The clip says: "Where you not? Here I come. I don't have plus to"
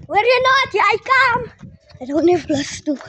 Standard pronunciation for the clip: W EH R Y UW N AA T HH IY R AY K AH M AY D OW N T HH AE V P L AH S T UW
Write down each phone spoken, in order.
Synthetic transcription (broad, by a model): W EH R Y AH N AA T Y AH AY K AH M AY D OW N T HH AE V B L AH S T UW